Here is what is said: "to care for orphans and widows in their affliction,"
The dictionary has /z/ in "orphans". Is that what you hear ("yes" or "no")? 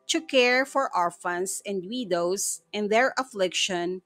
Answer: no